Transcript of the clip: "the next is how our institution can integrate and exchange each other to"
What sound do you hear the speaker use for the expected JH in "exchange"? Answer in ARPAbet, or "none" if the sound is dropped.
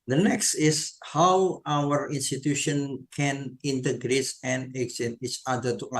none